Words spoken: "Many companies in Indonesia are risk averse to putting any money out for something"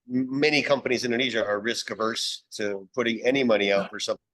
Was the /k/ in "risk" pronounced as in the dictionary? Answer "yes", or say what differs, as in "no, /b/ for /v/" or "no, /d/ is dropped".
yes